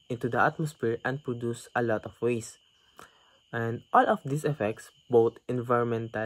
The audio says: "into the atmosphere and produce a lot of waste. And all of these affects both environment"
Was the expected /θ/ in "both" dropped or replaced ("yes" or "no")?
yes